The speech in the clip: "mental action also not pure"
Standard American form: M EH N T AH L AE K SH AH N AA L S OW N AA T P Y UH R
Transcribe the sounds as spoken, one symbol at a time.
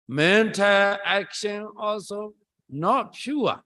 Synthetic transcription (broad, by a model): M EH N T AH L AE K SH AH N AA L S OW N AA T P Y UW